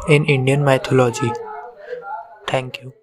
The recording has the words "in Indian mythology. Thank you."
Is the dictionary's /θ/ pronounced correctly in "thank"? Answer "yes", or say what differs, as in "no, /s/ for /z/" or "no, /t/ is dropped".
no, /t/ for /θ/